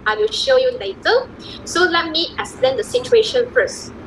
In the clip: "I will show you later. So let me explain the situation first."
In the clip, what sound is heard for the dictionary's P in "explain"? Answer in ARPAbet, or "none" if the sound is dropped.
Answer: none